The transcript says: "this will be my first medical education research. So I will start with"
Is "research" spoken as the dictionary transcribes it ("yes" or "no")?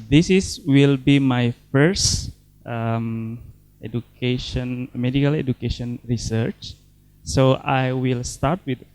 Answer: yes